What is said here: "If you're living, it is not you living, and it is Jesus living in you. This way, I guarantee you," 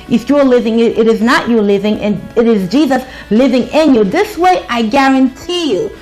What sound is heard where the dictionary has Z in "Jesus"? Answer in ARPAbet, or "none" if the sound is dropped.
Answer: Z